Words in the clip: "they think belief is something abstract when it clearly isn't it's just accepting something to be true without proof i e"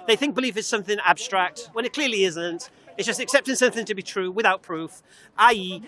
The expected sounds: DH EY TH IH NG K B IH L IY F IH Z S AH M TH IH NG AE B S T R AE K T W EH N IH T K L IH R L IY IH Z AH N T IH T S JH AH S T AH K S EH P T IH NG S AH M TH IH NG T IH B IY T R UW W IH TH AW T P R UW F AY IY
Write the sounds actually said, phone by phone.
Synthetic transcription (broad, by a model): DH EY TH IH NG K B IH L IY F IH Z S AH M TH IH NG AE B S T R AE K T W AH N IH T K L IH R L IY IH Z AH N T IH T S JH AH S T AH K S EH P T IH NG S AH M TH IH NG T IH B IY T R UW W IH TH AW T P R UW F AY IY